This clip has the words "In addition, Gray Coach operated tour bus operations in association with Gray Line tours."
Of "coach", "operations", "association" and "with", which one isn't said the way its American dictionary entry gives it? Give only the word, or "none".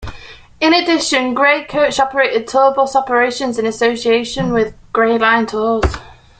none